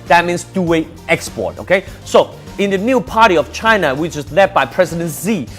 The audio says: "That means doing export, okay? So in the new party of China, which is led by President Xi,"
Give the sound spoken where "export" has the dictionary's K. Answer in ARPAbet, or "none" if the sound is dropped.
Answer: K